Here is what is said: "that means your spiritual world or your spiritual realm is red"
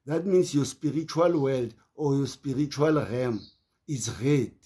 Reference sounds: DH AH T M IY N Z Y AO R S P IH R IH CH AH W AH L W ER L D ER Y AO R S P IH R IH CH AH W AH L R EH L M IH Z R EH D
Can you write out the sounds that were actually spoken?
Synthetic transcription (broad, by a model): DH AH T M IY N S Y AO S P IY R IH CH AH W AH L W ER L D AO Y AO S P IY R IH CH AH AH L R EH M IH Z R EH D